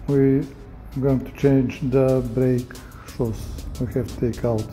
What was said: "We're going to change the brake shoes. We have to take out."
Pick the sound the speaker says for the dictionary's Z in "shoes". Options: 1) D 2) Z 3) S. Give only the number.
3